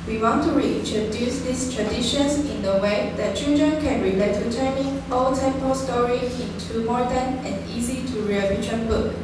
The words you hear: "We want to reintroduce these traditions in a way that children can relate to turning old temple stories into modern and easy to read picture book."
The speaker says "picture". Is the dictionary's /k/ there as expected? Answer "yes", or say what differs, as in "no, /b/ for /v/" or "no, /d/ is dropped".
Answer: no, /k/ is dropped